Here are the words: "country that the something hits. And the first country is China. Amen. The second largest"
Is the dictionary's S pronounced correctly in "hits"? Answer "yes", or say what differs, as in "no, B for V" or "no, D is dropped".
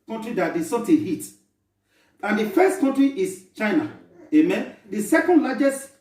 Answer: no, S is dropped